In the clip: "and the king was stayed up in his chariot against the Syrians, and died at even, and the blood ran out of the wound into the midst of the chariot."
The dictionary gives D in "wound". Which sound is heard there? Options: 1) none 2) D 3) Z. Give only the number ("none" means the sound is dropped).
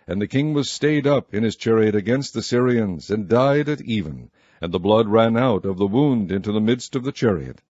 2